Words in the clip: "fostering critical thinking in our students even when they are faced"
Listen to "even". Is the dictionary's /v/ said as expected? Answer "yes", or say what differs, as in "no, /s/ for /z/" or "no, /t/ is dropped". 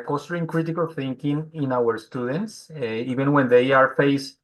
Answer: no, /b/ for /v/